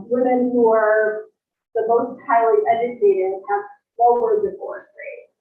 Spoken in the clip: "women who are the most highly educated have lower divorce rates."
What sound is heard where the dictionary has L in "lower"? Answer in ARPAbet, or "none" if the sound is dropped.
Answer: N